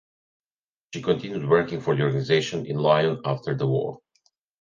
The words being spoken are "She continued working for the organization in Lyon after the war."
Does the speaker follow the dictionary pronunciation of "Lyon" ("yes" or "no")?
yes